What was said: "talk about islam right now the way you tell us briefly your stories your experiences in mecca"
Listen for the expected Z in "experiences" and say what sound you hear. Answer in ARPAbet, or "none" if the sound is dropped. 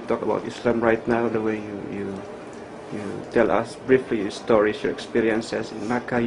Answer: S